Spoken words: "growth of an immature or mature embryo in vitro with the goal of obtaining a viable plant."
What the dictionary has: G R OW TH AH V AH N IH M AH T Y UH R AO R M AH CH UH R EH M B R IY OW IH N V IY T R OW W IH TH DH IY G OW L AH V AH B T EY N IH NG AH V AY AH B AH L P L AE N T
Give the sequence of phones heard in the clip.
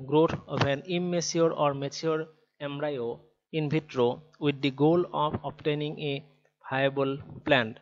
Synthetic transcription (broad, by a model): G R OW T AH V AH N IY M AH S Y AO R AO R M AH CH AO R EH M R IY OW IH N B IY T R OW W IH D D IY G OW L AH P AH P T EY N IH NG AH B AY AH B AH L P L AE N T